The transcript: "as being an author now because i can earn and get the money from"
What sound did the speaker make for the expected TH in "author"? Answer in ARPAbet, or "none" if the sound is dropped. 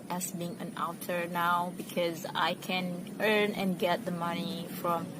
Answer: T